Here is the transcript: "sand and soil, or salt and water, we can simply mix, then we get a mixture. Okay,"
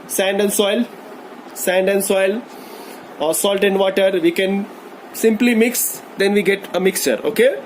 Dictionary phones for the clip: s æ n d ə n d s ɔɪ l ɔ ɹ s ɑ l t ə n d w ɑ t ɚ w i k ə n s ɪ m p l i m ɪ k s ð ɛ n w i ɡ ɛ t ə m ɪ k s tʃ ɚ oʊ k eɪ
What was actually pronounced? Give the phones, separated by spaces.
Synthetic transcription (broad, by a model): s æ n d ə n d s ɔɪ l ɔ l s ɑ l t ə n d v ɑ t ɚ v i k ə n s ɪ m p l i m ɪ k s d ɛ n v i ɡ ɛ t ə m ɪ k s tʃ ɚ oʊ k eɪ